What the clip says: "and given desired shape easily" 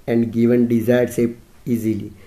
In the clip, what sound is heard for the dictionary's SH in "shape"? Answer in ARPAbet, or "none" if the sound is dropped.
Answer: S